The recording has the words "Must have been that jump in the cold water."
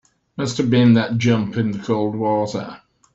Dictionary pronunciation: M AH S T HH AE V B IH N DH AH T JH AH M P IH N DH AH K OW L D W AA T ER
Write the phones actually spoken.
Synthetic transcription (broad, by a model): M AH S T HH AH V B IH N DH AH T JH AH M P IH N DH AH K OW L D W AA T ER